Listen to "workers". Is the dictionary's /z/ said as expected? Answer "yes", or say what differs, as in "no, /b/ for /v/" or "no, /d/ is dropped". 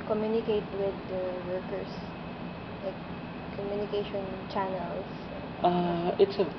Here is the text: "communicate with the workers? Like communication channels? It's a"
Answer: no, /s/ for /z/